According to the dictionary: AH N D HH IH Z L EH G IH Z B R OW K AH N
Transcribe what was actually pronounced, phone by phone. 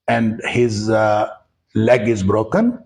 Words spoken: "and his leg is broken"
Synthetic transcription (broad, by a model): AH N D HH IH Z L EH G IH Z B R OW K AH N